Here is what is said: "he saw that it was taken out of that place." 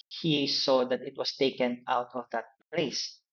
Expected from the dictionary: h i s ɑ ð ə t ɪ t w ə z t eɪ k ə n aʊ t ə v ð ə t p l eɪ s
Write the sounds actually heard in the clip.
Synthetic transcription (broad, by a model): h i s ɑ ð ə t ɪ t w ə s t eɪ k ə n aʊ t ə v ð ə t p l eɪ s